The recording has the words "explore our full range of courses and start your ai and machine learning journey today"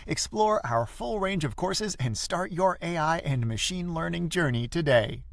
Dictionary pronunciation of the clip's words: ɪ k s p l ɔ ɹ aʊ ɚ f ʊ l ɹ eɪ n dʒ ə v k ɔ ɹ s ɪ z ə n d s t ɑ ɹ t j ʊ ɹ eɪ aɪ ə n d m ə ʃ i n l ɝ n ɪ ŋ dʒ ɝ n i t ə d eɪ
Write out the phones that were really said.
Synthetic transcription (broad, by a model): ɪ k s p l ɔ ɹ aʊ ɚ f ʊ l ɹ eɪ n dʒ ə v k ɔ ɹ s ɪ z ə n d s t ɑ ɹ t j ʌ ɹ eɪ aɪ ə n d m ə ʃ i n l ɝ n ɪ ŋ dʒ ɝ n i t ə d eɪ